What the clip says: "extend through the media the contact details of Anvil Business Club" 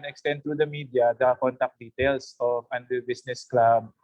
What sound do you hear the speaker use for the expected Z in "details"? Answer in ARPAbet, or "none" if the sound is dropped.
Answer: S